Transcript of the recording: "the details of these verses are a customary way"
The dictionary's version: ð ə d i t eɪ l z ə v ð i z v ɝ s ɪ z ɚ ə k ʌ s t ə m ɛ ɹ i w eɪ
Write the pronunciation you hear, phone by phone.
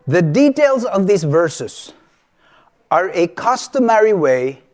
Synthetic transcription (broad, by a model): ð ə d i t eɪ l z ə v ð i z v ɝ s ɪ z ɚ ə k ʌ s t ə m ɛ ɹ i w eɪ